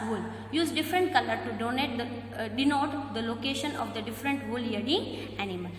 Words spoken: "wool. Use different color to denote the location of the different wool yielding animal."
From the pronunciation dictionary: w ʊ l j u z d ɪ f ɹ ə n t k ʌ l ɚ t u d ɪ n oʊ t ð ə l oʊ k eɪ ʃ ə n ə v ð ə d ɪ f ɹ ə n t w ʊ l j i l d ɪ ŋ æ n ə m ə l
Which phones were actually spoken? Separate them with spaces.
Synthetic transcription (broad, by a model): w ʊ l j u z d ɪ f ɹ ə n t k ʌ l ɚ t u d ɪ n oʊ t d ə l oʊ k eɪ ʃ ə n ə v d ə d ɪ f ɹ ə n t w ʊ l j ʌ d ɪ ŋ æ n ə m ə l